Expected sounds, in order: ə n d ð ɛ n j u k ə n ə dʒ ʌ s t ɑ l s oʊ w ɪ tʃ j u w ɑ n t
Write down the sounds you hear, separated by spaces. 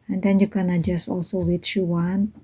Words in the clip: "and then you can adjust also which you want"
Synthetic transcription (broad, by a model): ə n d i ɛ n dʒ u k ə n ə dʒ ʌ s ɑ l s oʊ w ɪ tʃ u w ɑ n